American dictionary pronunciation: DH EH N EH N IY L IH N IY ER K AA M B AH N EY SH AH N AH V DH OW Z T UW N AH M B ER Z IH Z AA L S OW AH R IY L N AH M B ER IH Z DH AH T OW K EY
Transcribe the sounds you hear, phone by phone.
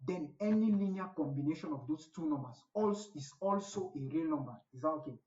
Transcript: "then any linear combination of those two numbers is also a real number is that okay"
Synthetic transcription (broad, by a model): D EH N EH N IY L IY N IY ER K AA M B AH N EY SH AH N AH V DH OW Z T UW N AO M B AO S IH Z AA L S OW AH R IY L N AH M B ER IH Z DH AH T OW K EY